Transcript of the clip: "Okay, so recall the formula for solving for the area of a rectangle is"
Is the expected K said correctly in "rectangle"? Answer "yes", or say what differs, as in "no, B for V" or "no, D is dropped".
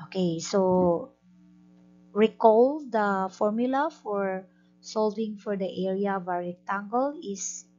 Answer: no, K is dropped